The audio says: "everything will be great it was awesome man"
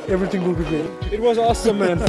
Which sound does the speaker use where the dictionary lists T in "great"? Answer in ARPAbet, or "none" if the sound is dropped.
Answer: none